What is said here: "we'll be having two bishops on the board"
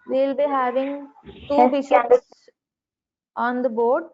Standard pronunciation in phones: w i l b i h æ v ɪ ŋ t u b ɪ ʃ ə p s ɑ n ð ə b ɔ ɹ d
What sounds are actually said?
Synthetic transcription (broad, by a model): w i l b i h æ v ɪ ŋ t u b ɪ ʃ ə s ɑ n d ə b ɔ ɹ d